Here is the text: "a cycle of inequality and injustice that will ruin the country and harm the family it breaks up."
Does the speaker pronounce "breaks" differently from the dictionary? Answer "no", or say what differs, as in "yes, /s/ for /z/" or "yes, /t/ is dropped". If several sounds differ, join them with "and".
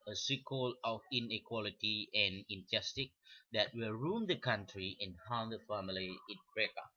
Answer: yes, /s/ is dropped